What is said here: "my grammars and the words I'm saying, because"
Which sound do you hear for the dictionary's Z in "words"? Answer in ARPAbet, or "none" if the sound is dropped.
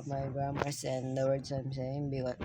S